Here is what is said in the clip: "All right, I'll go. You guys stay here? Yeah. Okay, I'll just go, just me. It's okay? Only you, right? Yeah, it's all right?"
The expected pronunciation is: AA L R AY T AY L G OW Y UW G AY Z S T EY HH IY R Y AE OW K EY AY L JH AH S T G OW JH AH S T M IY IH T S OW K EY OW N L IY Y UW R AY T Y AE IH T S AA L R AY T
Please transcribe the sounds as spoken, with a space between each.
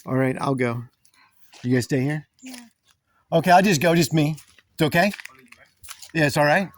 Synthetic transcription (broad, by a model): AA L R AY T AY L G OW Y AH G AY S T EY HH IY R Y OW K EY AY L JH AH S G OW JH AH S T M IY IH T S OW K EY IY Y Y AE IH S AA L R AY T